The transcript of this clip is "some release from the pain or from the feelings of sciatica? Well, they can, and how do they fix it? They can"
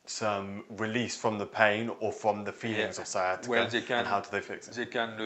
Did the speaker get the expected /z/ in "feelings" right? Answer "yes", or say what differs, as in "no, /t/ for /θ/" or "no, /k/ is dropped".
yes